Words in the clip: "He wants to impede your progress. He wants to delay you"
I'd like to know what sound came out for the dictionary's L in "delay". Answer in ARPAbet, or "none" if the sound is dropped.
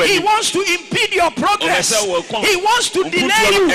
N